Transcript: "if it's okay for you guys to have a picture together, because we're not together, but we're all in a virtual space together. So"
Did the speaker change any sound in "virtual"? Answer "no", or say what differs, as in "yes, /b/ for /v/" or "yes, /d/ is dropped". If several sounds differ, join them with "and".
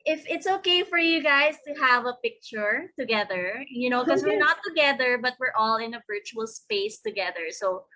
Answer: no